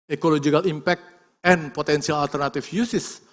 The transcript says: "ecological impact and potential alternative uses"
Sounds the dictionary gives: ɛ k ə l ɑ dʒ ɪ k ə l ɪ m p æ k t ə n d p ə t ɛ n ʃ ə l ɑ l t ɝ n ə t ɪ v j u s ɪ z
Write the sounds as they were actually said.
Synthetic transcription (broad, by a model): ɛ k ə l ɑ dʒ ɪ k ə l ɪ m p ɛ k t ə n p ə t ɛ n s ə l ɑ l t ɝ n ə t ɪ f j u s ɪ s